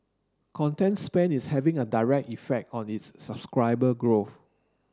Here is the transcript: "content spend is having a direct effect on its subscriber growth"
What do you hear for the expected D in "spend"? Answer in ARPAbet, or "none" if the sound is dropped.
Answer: none